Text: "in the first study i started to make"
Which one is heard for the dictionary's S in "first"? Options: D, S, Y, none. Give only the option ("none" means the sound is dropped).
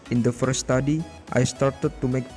none